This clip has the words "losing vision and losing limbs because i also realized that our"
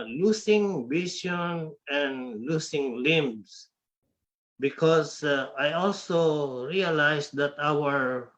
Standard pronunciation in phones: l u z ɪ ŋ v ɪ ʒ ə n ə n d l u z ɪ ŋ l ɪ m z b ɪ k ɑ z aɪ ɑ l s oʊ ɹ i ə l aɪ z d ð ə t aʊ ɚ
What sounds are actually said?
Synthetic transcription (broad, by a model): l u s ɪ ŋ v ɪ s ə n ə n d l u s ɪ ŋ l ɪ m s b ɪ k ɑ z aɪ ɑ l s oʊ ɹ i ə l aɪ s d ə t aʊ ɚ